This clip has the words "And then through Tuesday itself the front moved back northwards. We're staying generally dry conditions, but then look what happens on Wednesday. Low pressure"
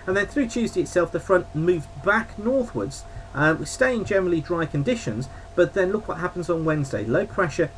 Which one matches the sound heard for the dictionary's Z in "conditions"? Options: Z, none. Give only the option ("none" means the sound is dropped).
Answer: Z